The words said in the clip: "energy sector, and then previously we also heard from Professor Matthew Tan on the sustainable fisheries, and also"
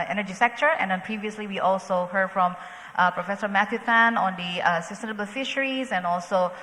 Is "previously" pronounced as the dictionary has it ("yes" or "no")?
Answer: yes